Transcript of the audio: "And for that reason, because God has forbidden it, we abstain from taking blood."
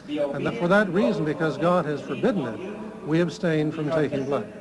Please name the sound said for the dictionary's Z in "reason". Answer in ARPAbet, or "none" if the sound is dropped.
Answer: Z